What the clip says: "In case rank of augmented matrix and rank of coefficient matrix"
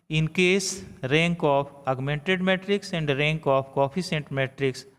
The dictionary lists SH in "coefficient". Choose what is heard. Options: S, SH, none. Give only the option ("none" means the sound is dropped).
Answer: S